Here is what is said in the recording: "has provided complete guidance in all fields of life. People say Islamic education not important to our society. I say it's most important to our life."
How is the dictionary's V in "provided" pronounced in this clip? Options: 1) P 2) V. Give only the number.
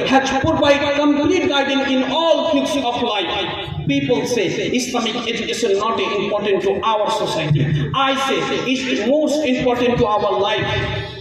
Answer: 1